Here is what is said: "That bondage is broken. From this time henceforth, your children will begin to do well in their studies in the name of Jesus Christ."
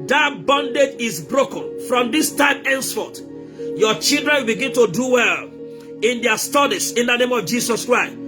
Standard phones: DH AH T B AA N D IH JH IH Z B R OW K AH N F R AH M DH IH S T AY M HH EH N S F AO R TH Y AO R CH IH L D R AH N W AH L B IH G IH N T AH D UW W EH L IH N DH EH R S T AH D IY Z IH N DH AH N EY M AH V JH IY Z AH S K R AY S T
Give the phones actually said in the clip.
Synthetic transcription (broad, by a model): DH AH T B AA N D IH JH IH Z B R OW K AH N F R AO M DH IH S T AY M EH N S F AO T Y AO CH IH L D R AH N W AH L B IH G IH N T AH D UW W EH L IH N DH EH S T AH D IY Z IH N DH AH N EY M AH V JH IY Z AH S K R AY S T